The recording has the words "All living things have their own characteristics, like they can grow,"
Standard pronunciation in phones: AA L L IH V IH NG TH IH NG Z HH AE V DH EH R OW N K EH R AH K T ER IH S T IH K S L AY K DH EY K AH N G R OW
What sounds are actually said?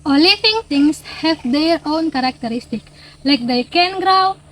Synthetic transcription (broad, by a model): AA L L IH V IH NG T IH NG S HH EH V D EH R OW N K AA R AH K T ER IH S T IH K L AY K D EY K AH N G R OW